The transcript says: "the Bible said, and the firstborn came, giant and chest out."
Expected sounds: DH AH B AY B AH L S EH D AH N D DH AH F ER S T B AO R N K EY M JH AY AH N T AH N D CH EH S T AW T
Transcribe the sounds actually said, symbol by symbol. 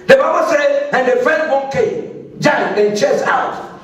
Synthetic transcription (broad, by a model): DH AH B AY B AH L S EH D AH N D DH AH F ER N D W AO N K EY M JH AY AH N AH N CH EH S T AW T